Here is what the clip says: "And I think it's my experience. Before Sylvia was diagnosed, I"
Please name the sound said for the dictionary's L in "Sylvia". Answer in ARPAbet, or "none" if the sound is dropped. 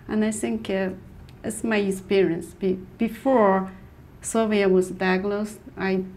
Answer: none